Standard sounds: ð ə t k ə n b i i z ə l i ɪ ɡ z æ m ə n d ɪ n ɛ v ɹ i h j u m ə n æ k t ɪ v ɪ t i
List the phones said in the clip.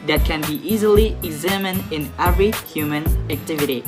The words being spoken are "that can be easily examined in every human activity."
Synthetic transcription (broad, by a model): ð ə t k ə n b i i z ə l i ɪ ɡ z æ m ə n d ɪ n ɛ v ɹ i h j u m ə n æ k t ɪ v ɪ t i